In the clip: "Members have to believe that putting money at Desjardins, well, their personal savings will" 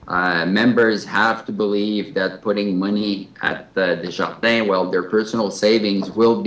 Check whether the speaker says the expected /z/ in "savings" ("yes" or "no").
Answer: yes